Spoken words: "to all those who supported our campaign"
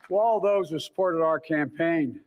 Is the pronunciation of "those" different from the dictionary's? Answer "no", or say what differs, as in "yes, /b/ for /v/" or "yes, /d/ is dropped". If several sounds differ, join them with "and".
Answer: no